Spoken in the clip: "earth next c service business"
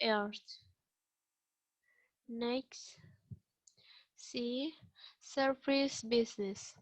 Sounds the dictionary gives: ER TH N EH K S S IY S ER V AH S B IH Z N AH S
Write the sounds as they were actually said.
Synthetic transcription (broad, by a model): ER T N EH K S S IY S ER F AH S B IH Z N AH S